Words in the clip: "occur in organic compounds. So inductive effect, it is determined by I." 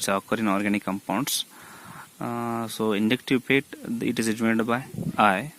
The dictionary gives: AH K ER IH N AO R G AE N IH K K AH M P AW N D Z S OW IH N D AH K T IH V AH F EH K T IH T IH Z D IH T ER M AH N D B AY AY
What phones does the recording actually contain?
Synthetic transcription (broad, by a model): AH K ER IH N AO R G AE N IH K K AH M P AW N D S S OW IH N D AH K T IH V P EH T IH T IH Z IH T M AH D B AY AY